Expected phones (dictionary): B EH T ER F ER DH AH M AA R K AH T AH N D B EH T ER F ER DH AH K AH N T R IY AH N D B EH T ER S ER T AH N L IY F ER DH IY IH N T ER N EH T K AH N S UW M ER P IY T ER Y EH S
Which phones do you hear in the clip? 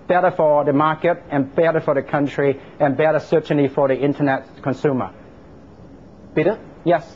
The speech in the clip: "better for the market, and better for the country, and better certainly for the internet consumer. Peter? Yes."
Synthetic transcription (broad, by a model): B EH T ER F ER DH AH M AA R K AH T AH N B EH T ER F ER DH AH K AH N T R IY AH N B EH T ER S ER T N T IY F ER DH IY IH N T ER N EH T K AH N S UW M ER B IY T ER Y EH S